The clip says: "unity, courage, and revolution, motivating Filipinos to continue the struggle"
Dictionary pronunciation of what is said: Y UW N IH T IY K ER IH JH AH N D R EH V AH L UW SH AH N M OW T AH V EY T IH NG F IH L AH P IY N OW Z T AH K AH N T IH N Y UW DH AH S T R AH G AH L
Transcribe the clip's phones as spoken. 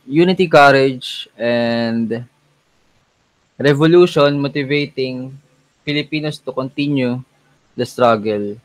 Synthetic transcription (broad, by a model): Y UW N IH T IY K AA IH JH AH N D R EH V AH L UW SH AH N M OW T AH V EY T IH NG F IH L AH P IY N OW S T AH K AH N T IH N Y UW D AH S T R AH G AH L